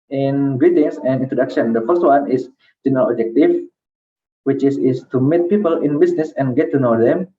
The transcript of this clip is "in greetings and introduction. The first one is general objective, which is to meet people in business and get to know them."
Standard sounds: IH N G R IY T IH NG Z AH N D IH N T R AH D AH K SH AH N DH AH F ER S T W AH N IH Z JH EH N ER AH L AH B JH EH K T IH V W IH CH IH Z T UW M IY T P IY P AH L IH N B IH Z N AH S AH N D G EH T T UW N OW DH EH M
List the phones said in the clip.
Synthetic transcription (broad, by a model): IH N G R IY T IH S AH N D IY N T R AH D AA K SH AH N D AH F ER S T W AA N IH S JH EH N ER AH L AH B JH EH K T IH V W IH S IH S T UW M IY T P IY P AH L IH N B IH S N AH S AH N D G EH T T UW N OW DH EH M